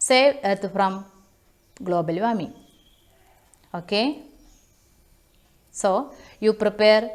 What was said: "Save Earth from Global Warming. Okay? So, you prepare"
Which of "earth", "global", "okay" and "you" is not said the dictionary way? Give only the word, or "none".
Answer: earth